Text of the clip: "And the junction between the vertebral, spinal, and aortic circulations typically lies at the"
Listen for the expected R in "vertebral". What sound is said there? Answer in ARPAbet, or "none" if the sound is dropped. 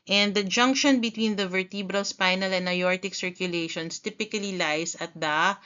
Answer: R